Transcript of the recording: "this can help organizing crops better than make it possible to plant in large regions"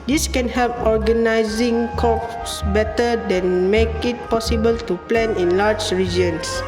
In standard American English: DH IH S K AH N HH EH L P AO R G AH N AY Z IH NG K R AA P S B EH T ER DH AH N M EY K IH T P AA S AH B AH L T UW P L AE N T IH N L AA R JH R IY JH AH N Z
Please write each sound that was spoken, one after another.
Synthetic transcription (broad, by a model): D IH S K AH N HH EH L P AO R G AH N AY Z IH NG K AA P S B EH T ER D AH N M EY K IH T P AA S AH B AH L T UW P L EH N IH N L AA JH R IY JH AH N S